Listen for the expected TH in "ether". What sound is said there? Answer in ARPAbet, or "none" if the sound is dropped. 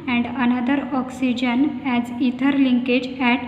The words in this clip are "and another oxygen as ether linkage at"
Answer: T